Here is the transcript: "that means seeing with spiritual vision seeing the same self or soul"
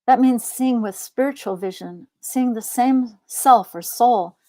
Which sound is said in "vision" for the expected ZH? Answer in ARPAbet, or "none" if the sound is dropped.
ZH